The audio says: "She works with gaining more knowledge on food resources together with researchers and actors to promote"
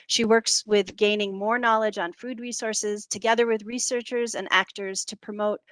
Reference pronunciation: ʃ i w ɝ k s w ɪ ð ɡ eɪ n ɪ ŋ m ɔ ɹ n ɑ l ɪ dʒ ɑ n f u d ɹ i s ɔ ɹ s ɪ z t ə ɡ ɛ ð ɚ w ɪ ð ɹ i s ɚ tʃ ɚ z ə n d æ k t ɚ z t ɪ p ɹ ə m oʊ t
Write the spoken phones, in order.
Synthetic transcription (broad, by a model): ʃ i w ɝ k s w ɪ ð ɡ eɪ n ɪ ŋ m ɔ ɹ n ɑ l ɪ dʒ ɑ n f u d ɹ i s ɔ ɹ s ɪ z t ə ɡ ɛ ð ɚ w ɪ ð ɹ i s ɚ tʃ ɚ z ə n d æ k t ɚ z t ɪ p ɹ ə m oʊ t